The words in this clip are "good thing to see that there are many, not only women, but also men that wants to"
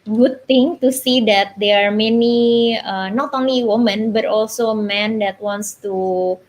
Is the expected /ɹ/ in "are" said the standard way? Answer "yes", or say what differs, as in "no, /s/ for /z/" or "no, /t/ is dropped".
yes